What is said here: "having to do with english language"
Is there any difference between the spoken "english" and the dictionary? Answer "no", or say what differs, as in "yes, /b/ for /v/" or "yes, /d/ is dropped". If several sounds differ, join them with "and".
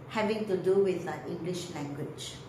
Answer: no